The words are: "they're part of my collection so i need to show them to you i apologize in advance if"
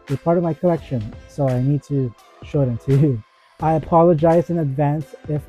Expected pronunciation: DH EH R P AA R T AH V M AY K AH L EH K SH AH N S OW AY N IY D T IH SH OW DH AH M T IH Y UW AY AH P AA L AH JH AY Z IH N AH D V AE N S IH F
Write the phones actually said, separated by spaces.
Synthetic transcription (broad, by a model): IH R P AA R T AH V M AY K AH L EH K SH AH N S OW AY N IY D T IH SH OW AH T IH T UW AY AH P AA L AH JH AY Z IH N AH D V AE N S IH F